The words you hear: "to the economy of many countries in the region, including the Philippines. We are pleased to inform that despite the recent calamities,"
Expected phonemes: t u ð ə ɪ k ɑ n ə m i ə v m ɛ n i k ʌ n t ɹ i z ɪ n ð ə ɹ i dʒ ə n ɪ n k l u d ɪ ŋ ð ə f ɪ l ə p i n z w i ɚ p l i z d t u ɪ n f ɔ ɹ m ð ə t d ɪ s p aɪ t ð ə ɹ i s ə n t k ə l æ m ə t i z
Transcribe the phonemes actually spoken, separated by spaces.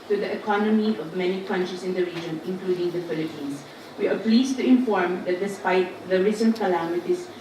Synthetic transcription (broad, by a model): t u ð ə ɪ k ɑ n ə m i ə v m ɛ n i k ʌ n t ɹ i s ɪ n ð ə ɹ i dʒ ə n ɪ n k l u d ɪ ŋ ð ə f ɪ l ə p i n s w i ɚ p l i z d t u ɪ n f ɔ ɹ m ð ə t d ɪ s p aɪ t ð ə ɹ i s ə n t k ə l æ m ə t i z